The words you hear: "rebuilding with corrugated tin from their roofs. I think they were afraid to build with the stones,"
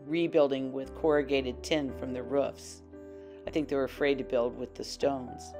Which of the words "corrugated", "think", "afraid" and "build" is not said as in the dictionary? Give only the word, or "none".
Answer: none